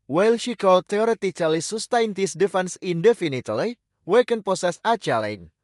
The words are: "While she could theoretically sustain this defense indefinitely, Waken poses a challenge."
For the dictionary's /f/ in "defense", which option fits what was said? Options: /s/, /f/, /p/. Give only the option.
/f/